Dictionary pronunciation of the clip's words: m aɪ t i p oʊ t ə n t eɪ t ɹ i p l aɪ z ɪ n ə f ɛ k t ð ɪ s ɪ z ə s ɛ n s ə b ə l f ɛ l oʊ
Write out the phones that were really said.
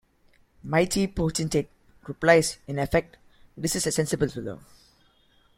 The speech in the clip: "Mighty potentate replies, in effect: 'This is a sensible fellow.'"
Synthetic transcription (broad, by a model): m aɪ t i p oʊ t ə n t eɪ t ɹ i p l aɪ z ɪ n ə f ɛ k t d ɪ s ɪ s ə s ɛ n s ə b ə l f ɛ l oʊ